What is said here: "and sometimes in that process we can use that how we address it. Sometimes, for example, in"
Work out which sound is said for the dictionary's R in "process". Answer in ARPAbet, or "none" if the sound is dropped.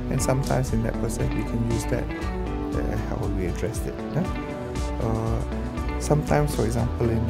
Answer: none